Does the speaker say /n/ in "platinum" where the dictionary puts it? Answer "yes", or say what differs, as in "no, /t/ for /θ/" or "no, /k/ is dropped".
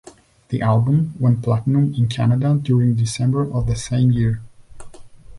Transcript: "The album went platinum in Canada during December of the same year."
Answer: yes